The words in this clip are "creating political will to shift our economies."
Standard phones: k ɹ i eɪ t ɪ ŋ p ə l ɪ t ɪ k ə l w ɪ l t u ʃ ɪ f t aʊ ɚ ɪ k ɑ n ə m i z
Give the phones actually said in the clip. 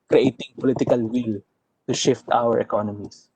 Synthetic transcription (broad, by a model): k ɹ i eɪ t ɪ ŋ p ə l ɪ t ɪ k ə l w ɪ l t u ʃ ɪ f t aʊ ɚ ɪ k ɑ n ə m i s